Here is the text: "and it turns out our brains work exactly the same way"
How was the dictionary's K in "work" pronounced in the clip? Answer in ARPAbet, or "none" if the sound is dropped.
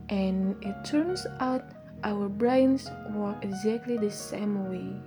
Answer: none